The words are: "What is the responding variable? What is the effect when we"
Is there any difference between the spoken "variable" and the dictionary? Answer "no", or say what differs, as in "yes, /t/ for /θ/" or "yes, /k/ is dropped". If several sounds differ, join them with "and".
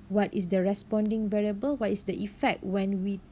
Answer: no